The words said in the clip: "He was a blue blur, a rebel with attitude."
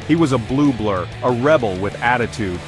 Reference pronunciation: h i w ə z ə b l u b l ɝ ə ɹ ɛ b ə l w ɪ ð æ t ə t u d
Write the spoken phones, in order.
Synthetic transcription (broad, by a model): h i w ə z ə b l u b l ɝ ə ɹ ɛ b l w ɪ ð æ t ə t u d